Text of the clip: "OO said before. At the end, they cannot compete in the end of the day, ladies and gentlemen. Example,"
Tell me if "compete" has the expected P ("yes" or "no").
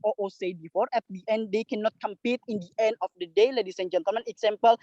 yes